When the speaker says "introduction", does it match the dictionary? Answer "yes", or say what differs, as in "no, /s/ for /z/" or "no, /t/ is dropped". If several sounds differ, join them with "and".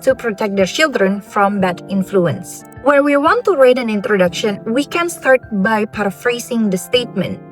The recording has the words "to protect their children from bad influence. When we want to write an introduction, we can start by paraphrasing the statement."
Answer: yes